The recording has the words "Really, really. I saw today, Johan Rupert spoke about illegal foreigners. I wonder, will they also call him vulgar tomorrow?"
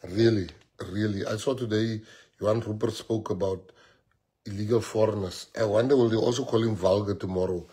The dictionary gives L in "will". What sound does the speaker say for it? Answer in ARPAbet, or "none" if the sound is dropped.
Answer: L